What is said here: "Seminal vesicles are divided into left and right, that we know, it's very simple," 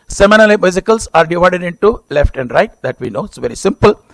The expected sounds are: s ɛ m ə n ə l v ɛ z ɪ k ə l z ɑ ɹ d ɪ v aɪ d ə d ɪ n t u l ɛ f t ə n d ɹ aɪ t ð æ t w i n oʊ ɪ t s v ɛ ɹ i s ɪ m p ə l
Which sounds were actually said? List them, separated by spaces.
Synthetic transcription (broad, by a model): s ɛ m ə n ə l b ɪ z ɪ k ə l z ɑ ɹ d ɪ v aɪ d ə d ɪ n t u l ɛ f t ə n d ɹ aɪ t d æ t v i n oʊ ɪ t s v ɛ ɹ i s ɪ m p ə l